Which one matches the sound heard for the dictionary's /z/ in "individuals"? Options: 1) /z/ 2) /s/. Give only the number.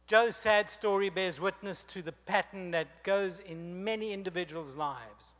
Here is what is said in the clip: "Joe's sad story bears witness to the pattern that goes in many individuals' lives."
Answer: 1